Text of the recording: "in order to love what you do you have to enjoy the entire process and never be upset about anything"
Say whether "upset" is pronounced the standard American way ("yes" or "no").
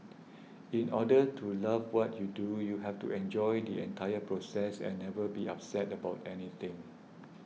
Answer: yes